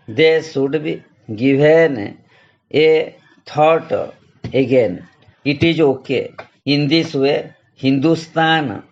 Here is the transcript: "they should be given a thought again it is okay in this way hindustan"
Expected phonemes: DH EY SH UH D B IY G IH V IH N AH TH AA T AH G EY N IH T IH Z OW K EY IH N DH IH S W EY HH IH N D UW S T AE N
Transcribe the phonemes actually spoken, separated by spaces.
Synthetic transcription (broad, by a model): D EY S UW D B IY G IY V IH N AH T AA T AH G EY N IH T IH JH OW K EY IH N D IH S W EY HH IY N D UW S T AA N